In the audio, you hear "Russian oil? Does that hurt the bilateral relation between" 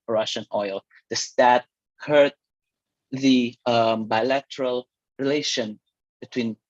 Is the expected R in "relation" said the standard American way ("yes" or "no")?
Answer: yes